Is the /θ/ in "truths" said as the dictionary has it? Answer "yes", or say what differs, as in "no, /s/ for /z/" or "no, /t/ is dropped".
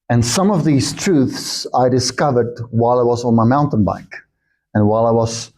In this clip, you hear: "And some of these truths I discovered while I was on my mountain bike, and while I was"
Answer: yes